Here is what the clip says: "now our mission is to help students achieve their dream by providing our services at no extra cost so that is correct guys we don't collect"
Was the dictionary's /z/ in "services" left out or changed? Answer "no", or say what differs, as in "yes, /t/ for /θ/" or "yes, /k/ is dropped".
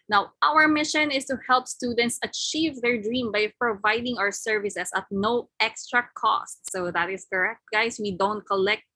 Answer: yes, /s/ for /z/